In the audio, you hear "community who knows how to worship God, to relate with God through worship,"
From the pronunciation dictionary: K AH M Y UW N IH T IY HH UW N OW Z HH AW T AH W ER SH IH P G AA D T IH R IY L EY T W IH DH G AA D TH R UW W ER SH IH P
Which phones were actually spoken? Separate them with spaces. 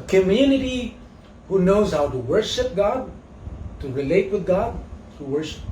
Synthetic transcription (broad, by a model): K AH M Y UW N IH T IY HH UW N OW Z HH AW T AH W ER SH IH P G AA D T IH R IY L EY T W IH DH G AA D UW W ER SH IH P